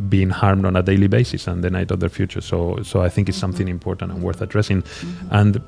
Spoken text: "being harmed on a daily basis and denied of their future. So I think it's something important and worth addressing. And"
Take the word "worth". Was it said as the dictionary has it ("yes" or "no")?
yes